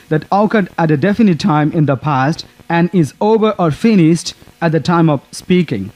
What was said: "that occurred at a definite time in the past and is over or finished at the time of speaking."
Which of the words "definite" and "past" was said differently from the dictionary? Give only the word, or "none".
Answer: none